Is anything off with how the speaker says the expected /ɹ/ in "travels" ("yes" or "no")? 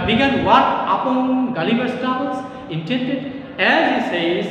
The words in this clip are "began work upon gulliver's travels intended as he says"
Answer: yes